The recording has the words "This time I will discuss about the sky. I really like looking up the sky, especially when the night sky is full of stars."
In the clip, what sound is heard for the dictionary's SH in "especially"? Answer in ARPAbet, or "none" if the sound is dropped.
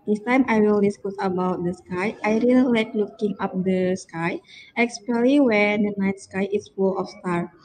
none